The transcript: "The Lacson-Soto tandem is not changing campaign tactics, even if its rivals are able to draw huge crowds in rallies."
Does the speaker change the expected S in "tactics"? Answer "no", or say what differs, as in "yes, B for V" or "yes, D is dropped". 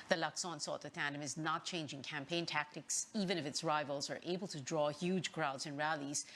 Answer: no